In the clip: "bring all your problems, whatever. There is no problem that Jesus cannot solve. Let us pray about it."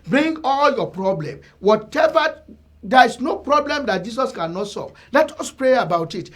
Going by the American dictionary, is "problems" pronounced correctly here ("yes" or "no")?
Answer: no